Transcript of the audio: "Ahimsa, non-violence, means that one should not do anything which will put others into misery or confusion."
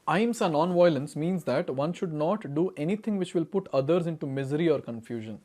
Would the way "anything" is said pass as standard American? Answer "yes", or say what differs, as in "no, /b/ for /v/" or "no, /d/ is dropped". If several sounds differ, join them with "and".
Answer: no, /t/ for /θ/